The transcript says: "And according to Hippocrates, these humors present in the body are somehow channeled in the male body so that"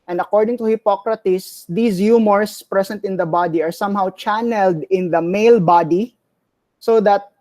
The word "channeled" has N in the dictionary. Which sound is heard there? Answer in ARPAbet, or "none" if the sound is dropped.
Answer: N